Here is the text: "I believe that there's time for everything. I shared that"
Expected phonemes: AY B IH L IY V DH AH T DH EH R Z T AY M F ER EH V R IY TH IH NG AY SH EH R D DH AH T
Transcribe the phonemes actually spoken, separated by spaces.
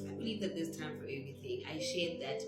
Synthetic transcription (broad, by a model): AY B IH L IY V DH AH T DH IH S T AY M F ER EH V R IY TH IH NG AY SH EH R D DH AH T